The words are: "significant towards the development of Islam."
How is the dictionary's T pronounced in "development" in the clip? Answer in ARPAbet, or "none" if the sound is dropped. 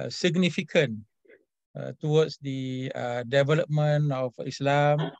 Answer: none